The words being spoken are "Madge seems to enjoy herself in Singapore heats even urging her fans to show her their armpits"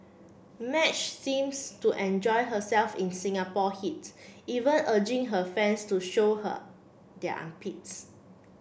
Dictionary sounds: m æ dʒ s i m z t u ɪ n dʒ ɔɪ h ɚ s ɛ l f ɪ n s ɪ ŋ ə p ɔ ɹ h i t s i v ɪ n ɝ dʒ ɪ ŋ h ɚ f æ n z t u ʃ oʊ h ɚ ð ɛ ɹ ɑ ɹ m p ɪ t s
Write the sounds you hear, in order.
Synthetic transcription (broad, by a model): m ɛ tʃ s i m s t u ɪ n dʒ ɔɪ h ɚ s ɛ l f ɪ n s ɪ ŋ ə p ɔ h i t i v ɪ n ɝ dʒ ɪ ŋ h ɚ f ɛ n s t u ʃ oʊ h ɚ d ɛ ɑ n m p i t s